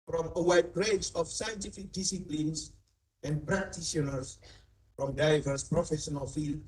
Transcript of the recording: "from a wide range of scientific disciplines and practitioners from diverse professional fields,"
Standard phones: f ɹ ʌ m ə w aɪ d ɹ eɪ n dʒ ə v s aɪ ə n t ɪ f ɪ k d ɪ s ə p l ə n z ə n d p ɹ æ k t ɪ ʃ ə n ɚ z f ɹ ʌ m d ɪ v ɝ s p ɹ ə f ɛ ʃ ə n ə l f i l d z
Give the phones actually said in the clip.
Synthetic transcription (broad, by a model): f ɹ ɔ m ə w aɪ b ɹ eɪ dʒ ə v s aɪ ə n t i f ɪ k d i s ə p l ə n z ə n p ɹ ɹ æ k t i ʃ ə n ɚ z f ɹ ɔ m d ɪ v ɝ s p ɹ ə f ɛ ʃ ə n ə l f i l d